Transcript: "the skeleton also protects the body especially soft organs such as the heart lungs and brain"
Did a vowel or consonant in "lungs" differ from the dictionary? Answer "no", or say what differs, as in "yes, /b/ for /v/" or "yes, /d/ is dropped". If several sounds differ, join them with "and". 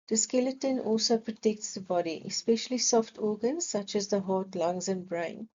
no